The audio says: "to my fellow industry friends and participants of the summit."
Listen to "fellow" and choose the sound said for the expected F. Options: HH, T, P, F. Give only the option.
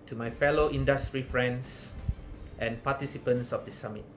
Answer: F